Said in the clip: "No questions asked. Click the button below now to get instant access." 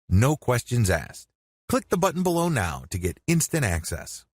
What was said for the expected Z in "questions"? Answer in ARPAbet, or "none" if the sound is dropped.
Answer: Z